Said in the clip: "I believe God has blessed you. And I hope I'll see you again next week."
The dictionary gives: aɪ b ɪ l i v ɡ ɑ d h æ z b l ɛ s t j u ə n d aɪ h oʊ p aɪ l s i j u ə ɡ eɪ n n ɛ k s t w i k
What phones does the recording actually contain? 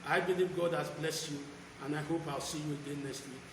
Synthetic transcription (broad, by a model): aɪ b ɪ l i v ɡ ɑ d h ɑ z b l ɛ s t j u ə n aɪ h oʊ p aɪ l s i j u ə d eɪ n n ɛ k s t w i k